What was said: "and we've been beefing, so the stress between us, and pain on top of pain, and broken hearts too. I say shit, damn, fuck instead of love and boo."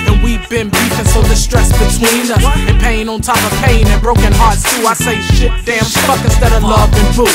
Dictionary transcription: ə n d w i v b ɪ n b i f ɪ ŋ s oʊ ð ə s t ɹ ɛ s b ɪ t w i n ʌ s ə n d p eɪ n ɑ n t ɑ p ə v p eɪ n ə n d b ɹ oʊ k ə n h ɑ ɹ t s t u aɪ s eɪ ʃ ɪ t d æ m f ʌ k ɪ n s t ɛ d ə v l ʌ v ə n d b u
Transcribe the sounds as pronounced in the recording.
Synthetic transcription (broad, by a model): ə n w i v b ɪ n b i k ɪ s oʊ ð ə s t ɹ ɛ s b ɪ t w i n ʌ s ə n p eɪ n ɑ n t ɑ p ə v p eɪ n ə n b ɹ oʊ k ə n h ɑ ɹ t s t u aɪ s eɪ ʃ ɪ t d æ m f ʌ k ɪ n s t ɛ d ə v l ʌ v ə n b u